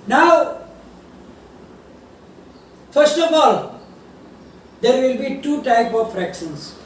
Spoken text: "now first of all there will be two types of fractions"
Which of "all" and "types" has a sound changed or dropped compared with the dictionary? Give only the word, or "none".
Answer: types